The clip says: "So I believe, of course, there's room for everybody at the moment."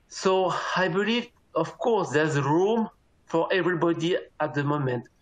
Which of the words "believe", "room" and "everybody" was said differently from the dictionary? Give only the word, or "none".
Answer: none